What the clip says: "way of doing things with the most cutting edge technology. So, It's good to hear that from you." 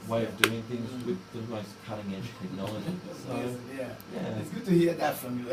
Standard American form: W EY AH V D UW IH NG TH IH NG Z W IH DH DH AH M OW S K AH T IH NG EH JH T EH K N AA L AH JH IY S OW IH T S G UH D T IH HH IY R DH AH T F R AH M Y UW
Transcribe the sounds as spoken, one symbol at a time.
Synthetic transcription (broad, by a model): W EY AH V D UW IH NG TH IH NG Z W IH DH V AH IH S K AH T IH NG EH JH T EH K N AA L AH JH IY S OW IH T S G UH D T IH HH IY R DH AH T F R AH M Y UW